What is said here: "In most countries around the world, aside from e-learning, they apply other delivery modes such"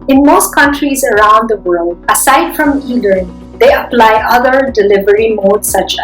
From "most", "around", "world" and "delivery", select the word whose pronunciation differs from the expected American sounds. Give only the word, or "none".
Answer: none